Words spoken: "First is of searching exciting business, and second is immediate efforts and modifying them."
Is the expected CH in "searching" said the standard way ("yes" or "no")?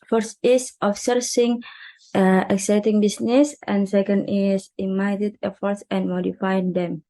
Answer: no